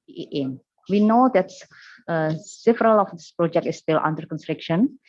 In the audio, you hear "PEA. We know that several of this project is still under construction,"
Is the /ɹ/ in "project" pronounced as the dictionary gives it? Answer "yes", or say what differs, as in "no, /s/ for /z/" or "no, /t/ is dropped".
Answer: yes